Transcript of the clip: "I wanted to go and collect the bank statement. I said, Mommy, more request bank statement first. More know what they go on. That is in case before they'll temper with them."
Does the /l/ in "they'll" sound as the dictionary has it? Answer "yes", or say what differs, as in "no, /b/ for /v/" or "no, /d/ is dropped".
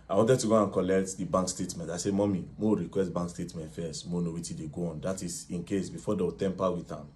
no, /w/ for /l/